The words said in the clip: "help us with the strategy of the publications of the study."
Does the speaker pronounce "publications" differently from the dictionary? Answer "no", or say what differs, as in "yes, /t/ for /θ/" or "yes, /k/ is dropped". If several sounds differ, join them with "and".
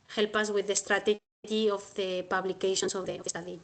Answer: yes, /s/ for /z/